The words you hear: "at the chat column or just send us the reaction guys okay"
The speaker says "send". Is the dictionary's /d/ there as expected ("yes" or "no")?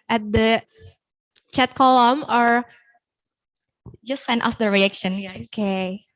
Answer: no